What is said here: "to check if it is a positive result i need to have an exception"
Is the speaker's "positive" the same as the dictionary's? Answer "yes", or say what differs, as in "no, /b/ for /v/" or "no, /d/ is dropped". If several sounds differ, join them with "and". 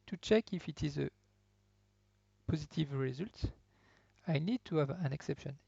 yes